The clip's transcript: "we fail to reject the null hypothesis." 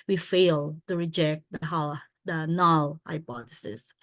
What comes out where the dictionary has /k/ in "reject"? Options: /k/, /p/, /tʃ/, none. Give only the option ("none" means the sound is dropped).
/k/